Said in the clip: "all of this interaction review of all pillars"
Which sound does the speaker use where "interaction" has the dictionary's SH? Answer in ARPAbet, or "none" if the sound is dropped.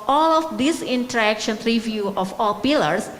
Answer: SH